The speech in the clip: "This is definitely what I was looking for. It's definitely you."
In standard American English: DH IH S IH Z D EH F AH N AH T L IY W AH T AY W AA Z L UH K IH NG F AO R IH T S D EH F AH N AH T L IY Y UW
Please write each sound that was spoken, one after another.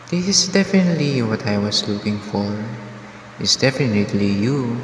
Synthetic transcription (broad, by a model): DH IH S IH S D EH F AH N AH T L IY W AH T AY W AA S L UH K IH NG F AO R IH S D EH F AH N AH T L IY Y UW